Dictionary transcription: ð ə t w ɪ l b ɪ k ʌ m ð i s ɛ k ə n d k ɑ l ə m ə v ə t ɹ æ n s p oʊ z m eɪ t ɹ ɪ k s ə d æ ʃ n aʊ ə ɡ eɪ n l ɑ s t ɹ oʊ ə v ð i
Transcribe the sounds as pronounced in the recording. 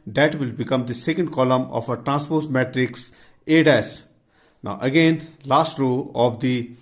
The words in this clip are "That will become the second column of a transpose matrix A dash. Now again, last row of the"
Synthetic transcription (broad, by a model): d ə t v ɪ l b ɪ k ʌ m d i s ɛ k ə n d k ɑ l ə m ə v ə t ɹ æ n s p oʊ s m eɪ t ɹ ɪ k s ə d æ s n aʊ ə ɡ eɪ n l ɑ s t ɹ oʊ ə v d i